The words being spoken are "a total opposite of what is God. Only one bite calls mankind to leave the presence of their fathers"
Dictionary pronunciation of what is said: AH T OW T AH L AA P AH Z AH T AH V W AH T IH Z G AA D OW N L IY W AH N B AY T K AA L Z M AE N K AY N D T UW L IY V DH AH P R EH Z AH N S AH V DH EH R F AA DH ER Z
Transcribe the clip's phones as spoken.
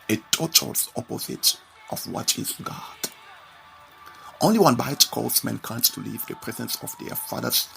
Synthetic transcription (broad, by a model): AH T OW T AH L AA P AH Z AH T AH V W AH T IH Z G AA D OW N L IY W AH N B AY T K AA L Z M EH N K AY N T T UW L IY V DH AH P R EH Z AH N S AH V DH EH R F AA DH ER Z